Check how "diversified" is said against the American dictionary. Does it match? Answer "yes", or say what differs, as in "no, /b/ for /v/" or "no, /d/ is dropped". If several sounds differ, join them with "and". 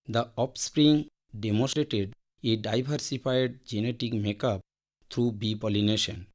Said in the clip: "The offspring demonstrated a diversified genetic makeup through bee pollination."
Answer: no, /b/ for /v/